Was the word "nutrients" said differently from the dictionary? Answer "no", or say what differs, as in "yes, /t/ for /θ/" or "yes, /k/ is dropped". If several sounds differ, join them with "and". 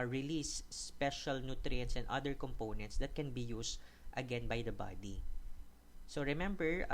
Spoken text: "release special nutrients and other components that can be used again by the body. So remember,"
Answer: no